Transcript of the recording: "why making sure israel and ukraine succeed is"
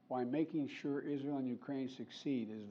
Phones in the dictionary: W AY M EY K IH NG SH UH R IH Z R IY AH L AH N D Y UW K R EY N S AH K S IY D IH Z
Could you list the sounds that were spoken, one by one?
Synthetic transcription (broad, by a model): W AY M EY K IH NG SH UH R IH Z R IY AH L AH N Y UW K R EY N S AH K S IY D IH Z